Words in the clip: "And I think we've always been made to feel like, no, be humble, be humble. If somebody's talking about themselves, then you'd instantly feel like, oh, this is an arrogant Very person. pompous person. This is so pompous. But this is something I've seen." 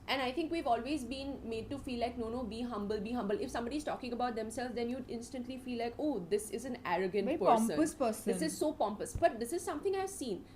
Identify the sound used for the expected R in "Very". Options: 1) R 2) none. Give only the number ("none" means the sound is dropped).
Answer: 2